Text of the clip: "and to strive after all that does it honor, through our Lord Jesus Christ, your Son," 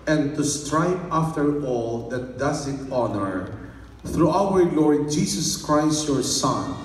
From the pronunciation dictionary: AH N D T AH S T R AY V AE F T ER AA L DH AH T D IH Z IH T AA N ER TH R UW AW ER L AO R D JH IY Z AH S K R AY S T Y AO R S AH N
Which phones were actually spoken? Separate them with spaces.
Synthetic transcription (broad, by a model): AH N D T AH S T R AY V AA F T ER AA L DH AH T D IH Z IH T AA N ER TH R UW AW ER L AO R D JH IY S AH S K R AY S T Y AO R S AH N